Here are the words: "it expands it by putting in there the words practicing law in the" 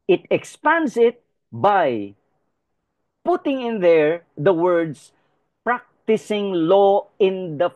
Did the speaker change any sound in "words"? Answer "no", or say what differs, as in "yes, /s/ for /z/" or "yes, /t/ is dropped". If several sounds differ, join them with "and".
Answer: yes, /s/ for /z/